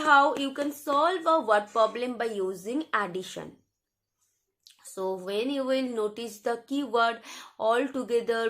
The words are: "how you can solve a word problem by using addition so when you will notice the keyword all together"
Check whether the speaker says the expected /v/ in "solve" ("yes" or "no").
yes